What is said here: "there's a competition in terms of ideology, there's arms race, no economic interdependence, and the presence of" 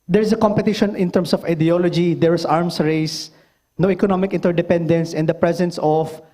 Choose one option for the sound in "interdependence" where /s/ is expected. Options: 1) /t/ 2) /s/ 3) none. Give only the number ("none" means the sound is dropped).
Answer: 2